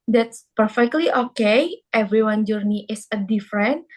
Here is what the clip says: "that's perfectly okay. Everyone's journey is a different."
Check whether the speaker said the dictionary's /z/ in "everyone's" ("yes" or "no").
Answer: no